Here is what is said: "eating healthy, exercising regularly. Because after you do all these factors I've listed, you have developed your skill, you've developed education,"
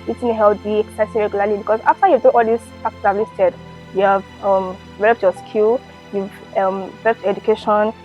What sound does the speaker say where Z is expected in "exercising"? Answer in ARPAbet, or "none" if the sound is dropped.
S